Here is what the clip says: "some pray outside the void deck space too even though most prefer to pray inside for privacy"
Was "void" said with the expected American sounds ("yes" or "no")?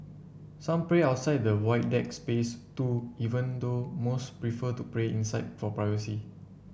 no